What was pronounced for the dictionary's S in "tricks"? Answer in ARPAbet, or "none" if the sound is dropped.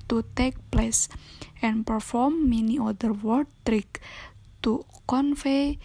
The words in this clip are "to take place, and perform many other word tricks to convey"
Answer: none